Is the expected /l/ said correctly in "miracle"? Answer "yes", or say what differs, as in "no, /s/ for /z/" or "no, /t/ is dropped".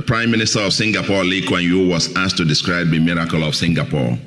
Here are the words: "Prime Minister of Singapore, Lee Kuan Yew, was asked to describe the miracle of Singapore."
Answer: yes